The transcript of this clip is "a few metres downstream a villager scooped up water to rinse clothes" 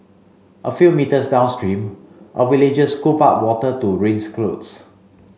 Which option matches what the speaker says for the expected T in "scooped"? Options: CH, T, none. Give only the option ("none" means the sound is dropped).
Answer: none